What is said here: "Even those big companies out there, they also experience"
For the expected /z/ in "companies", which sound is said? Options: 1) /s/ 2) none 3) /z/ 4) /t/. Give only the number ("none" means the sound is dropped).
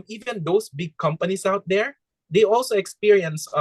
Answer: 1